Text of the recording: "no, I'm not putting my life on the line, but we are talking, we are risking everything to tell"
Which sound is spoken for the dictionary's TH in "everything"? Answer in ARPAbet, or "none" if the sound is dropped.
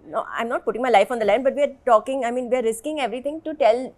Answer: T